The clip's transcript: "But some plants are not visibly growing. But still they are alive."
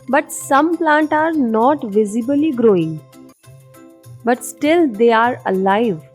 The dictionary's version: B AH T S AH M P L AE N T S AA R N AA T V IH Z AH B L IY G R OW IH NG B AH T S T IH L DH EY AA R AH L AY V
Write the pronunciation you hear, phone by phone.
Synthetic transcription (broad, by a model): B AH T S AH M P L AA N T AA R N AA T V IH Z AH B L IY G R OW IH NG B AH T S T IH L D EY AA R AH L AY V